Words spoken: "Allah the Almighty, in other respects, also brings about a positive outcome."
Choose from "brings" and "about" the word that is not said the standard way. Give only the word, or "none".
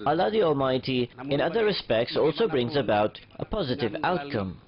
none